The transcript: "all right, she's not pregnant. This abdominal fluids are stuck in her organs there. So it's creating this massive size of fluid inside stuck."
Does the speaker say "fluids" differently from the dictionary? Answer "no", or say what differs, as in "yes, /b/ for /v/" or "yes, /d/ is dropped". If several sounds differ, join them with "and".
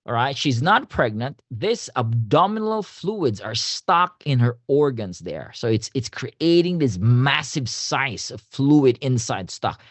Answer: no